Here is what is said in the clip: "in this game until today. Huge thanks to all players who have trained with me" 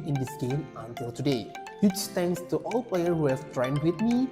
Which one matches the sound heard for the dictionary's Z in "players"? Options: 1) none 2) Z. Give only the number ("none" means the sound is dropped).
1